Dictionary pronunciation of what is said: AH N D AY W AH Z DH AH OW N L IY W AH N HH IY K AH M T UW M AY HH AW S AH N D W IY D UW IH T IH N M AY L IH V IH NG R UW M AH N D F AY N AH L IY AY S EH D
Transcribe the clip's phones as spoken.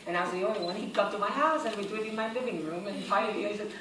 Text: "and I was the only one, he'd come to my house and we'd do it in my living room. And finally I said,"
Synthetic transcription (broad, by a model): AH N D AY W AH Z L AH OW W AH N HH IY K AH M T UW M AY HH AW S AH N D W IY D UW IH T IH N M AY L IH V IH NG R UW M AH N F AY AH IY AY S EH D